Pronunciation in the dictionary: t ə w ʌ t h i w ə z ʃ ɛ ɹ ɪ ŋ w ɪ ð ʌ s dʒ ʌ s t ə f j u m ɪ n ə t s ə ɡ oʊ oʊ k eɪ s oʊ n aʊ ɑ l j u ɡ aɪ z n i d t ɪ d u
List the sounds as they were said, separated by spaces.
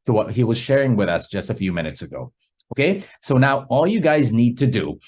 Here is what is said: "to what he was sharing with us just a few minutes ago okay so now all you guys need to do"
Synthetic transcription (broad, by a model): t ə w ʌ t h i w ə z ʃ ɛ ɹ ɪ ŋ w ɪ ð ʌ s dʒ ʌ s t ə f j u m ɪ n ə t s ə ɡ oʊ oʊ k eɪ s oʊ n aʊ ɑ l j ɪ ɡ aɪ z n i d t ɪ d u